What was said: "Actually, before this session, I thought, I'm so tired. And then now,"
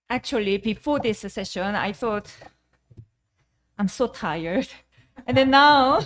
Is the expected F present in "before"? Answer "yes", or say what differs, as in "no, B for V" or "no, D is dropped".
yes